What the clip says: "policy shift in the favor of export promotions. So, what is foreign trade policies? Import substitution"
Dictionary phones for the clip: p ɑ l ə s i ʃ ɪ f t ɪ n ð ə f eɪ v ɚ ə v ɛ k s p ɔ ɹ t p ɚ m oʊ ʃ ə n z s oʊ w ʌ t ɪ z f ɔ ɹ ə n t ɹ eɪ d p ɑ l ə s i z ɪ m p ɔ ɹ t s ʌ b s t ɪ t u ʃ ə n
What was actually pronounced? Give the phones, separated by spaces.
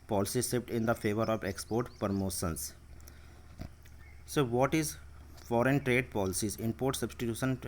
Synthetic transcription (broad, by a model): p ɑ l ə s i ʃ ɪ p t ɪ n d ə f eɪ v ɚ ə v ɛ k s p ɔ ɹ t p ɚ m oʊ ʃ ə n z s oʊ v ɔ t ɪ z f ɔ ɹ ə n t ɹ eɪ d p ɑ l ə s i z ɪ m p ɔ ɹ t s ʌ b s t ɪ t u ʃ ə n